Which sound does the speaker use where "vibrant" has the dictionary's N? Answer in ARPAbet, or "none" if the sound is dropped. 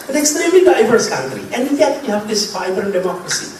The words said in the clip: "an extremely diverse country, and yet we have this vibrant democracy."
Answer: none